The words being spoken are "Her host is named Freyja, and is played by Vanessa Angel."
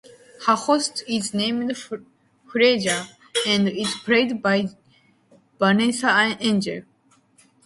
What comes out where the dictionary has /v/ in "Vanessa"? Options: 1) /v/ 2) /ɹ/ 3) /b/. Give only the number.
3